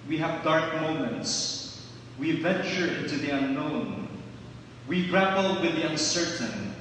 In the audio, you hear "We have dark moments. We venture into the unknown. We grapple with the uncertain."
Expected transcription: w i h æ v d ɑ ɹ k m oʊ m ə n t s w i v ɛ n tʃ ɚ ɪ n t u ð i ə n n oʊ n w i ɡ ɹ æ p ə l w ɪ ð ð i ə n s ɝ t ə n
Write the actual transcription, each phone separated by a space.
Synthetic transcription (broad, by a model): w i h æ v d ɑ ɹ k m oʊ m ə n t s w i v ɛ n tʃ ɚ ɪ n t u ð i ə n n oʊ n w i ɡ ɹ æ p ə l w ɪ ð ð i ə n s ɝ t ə n